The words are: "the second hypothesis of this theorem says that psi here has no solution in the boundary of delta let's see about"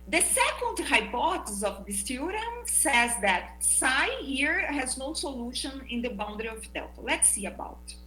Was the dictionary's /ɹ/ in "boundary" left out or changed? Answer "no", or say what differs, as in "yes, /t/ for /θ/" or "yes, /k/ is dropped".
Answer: no